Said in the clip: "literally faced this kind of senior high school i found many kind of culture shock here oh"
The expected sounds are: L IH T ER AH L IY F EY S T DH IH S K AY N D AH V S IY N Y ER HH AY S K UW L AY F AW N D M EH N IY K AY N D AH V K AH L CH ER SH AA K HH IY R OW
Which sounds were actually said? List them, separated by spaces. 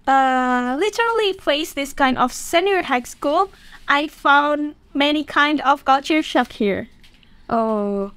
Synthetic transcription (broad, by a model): L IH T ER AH L IY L EY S DH IH S K AY N D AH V S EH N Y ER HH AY S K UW L AY F AW N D M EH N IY K AY N D AH V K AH CH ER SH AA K HH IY R OW